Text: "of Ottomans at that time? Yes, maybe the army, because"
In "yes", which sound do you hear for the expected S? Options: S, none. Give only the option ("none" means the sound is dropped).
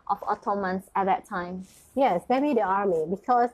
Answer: S